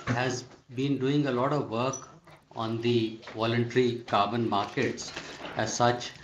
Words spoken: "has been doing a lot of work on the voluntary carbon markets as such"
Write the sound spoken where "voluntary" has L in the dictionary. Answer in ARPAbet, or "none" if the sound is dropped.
L